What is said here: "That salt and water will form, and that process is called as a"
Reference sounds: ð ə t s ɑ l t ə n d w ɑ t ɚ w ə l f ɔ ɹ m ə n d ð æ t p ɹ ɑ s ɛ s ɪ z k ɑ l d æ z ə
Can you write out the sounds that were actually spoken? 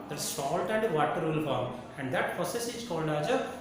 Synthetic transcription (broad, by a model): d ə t s ɑ l t ə n d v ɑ t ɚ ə l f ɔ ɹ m ə n d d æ t p ɹ ɑ s ɛ s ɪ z k ɑ l d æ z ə